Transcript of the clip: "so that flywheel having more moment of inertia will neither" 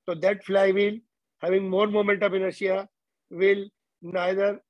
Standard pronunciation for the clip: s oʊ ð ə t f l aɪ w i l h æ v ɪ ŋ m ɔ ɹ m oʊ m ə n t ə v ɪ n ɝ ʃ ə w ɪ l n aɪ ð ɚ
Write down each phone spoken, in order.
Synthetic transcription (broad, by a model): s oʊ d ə t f l aɪ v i l h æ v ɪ ŋ m ɔ ɹ m oʊ m ə n t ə p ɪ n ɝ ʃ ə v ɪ l n aɪ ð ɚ